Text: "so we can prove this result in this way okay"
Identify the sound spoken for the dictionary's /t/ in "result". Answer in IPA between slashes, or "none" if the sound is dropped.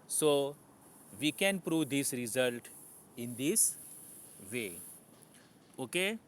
/t/